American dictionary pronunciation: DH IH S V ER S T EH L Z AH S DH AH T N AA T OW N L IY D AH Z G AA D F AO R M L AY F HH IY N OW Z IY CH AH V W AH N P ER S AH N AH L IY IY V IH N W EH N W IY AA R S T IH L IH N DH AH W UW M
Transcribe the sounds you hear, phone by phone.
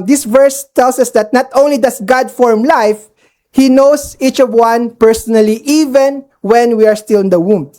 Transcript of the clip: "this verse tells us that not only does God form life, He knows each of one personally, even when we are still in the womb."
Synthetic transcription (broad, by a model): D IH S V ER S T EH L S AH S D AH T N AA T OW N L IY D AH S G AA D F AO R M L AY F HH IY N OW S IY CH AH V W AH N P ER S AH N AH L IY IY V IH N W EH N W IY AA R S T IH L IH N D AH W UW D